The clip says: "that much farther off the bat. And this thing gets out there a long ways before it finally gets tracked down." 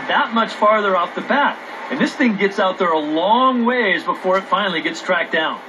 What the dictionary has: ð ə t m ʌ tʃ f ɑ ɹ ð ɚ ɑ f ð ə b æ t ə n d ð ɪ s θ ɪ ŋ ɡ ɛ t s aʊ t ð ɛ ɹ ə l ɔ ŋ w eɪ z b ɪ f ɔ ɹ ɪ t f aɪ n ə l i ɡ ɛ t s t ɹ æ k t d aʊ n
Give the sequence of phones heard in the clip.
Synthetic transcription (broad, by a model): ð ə t m ʌ tʃ f ɑ ɹ ð ɚ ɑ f ð ə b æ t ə n ð ɪ s θ ɪ ŋ ɡ ɛ t s aʊ t ð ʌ ɹ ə l ɔ ŋ w eɪ z b ɪ f ɔ ɹ ɪ t f aɪ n l i ɡ ɛ t s t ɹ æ k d aʊ n